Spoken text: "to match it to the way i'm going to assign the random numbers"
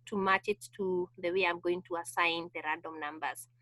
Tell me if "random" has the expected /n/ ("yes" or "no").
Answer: no